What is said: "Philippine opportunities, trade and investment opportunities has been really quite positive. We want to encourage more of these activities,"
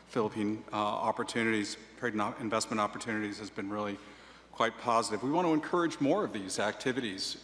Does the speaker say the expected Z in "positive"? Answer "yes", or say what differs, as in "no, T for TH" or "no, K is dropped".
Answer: yes